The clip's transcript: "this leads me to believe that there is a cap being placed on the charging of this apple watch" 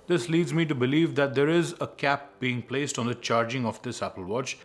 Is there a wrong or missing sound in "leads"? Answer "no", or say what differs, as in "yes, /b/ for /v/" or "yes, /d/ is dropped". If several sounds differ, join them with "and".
no